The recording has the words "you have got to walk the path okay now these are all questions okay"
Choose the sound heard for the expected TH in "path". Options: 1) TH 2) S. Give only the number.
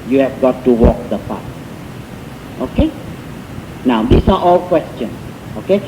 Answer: 2